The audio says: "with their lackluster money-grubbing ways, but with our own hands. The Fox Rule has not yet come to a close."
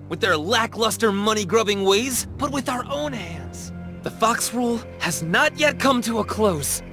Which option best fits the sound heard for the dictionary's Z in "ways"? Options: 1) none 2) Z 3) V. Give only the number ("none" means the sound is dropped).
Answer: 2